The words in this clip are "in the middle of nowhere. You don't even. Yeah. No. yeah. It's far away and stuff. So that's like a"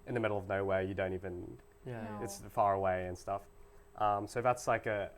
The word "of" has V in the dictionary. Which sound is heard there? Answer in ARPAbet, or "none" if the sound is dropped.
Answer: V